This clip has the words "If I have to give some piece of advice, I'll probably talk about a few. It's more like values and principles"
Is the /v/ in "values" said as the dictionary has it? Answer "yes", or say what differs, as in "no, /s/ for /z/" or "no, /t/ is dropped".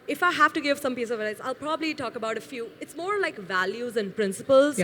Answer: yes